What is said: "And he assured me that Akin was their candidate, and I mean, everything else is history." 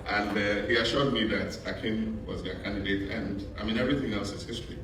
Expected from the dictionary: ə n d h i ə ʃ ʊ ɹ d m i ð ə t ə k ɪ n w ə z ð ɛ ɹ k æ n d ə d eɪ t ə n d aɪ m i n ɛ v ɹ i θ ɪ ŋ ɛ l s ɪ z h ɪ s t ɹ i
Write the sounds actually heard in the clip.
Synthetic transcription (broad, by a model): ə n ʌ h i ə ʃ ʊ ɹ d m i ð ə t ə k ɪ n w ə z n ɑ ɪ k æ n d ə d eɪ t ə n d aɪ m i n ɛ v ɹ i θ ɪ ŋ ɛ l s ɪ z h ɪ s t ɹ i